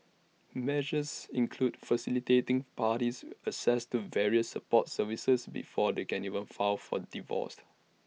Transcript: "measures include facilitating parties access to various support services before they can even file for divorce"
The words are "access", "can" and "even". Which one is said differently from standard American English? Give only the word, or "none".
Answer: access